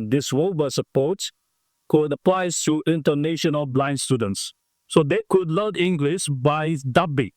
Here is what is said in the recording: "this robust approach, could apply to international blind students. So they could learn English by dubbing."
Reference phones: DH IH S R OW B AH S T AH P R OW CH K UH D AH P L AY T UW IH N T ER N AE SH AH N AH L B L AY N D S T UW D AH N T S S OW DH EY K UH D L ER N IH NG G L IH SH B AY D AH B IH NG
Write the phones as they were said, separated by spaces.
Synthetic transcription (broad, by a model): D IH S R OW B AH S AH P OW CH K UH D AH P L AY T UW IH N T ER N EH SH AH N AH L B L AY N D S T UW D AH N T S S OW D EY K UH D L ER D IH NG G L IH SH B AY D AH B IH